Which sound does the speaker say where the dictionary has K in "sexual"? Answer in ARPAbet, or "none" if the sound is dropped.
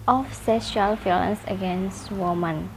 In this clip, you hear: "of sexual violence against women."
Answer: none